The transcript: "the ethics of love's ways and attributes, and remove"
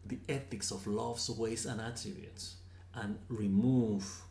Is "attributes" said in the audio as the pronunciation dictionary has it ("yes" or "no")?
no